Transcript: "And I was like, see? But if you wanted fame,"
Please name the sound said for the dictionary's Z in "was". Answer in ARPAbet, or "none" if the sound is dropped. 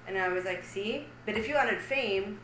Z